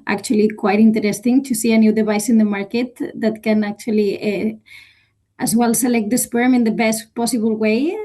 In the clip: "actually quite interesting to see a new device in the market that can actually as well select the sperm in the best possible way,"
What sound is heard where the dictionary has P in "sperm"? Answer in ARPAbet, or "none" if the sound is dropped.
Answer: P